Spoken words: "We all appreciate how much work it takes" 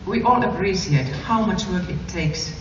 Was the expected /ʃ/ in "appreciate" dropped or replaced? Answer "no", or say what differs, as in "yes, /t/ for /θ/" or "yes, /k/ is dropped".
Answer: yes, /s/ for /ʃ/